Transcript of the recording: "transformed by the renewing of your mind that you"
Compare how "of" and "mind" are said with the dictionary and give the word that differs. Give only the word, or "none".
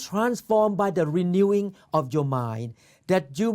of